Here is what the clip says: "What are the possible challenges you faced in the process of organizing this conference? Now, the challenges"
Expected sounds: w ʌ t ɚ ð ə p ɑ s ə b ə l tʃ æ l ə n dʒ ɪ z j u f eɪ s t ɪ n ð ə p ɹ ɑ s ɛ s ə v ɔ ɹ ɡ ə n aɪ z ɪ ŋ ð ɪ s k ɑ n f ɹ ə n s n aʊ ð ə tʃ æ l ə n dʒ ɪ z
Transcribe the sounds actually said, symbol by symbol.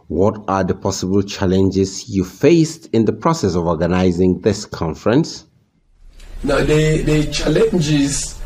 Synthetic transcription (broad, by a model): w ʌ t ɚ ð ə p ɑ s ə b ə l tʃ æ l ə n dʒ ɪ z j u f eɪ s t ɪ n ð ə p ɹ ɑ s ɛ s ə v ɔ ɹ ɡ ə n aɪ z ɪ ŋ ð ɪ s k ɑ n f ɹ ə n s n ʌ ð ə tʃ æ l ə n dʒ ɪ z